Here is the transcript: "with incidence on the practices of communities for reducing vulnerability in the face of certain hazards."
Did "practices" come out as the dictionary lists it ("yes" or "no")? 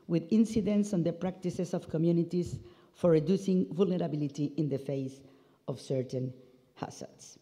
no